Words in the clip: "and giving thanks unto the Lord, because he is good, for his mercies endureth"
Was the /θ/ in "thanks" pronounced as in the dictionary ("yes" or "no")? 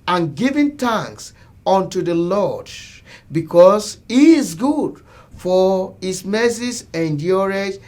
no